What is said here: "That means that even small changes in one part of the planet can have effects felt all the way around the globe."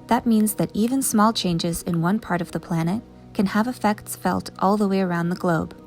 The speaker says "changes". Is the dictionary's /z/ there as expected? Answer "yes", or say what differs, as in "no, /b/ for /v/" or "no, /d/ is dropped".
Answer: yes